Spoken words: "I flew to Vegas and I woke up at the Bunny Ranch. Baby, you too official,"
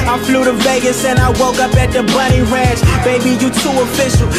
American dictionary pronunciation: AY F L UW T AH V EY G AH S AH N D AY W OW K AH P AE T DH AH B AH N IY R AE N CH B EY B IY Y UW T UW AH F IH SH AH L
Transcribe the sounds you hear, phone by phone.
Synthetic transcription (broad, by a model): AY F L UW T AH V EY G AH S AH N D AY W OW K AH P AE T DH AH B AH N IY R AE N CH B EY B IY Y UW T UW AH F IH SH L